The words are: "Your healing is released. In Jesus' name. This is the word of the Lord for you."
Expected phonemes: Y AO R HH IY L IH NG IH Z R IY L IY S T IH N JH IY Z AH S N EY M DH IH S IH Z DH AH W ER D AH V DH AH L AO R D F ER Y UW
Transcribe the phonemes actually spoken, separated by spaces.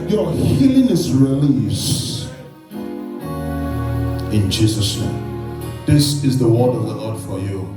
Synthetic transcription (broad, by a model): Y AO HH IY L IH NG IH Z R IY L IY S IH N JH IY Z AH S N EY M DH IH S IH Z DH AH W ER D AH V DH AH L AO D F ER Y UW